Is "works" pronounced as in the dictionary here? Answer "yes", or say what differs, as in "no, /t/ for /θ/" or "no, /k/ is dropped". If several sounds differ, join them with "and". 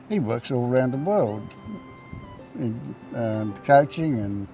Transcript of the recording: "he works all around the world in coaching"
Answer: yes